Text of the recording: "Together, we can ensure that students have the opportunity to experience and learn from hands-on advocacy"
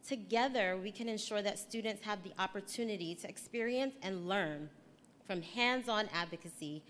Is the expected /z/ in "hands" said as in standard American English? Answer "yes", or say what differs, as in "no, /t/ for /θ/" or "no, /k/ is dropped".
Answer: yes